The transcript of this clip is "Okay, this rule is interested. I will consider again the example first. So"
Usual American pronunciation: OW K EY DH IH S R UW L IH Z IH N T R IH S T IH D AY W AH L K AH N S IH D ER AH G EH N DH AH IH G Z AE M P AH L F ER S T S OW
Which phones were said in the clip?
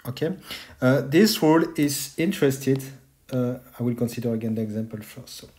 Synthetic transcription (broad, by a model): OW K EY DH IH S W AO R IH Z IH N T R IH S T IH D AY W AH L K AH N S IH D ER AH G EH N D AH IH G Z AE M P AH L F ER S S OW